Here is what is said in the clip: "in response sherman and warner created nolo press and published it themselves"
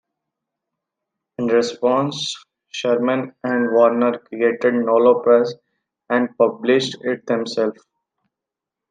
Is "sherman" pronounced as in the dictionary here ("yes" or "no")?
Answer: yes